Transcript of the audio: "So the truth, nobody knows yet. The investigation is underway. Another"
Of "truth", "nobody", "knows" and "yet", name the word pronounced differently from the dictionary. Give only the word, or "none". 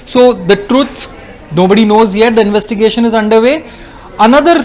truth